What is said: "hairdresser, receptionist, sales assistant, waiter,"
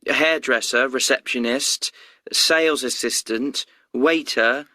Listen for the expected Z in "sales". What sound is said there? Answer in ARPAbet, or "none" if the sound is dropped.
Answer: Z